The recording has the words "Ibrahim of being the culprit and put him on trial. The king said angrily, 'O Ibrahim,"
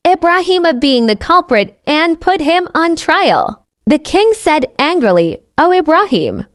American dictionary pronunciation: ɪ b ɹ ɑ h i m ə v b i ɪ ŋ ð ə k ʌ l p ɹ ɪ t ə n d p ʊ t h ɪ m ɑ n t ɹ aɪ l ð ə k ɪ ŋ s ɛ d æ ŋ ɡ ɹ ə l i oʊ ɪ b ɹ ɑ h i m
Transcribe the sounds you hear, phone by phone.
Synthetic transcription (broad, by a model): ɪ b ɹ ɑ h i m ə b i ɪ ŋ ð ə k ʌ l p ɹ ɪ t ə n p ʊ t h ɪ m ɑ n t ɹ aɪ l ð ə k ɪ ŋ s ɛ d æ ŋ ɡ ɹ ə l i oʊ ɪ b ɹ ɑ h i m